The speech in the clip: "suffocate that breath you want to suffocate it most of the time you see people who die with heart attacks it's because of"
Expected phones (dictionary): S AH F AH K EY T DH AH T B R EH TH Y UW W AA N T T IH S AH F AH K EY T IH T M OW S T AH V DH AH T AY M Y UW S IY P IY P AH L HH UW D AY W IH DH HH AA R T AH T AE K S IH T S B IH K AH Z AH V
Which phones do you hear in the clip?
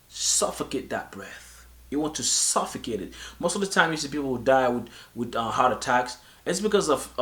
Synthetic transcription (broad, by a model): S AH F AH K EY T DH AH T B R EH TH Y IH W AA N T T IH S AH F AH K EY T IH T M OW S T AH V DH AH T AY M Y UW S IY P IY P L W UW D AY W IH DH HH AA R T AH T AE K S IH T S B IH K AH Z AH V